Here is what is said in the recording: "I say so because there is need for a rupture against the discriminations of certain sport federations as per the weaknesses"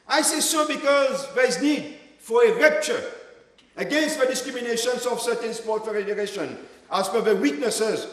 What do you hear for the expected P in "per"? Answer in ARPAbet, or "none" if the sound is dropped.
F